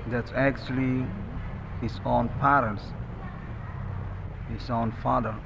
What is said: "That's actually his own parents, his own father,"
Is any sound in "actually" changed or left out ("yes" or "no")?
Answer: no